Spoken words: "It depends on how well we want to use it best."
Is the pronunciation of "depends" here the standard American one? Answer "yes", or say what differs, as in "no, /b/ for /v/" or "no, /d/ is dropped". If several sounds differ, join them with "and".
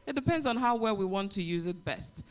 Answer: yes